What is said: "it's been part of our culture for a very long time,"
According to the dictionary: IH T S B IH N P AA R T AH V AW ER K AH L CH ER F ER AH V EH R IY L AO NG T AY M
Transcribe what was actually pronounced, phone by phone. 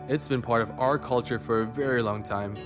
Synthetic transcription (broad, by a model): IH T S B IH N P AA R T AH V AW ER K AH L CH ER F ER AH V EH R IY L AO NG T AY M